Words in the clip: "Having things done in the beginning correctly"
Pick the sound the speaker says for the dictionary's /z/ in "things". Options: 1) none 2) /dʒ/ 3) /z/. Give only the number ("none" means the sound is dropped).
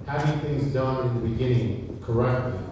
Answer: 3